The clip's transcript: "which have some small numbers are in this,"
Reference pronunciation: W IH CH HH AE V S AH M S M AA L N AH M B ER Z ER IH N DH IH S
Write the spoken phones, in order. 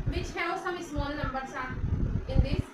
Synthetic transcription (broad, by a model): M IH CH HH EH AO S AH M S M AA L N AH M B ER S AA IH N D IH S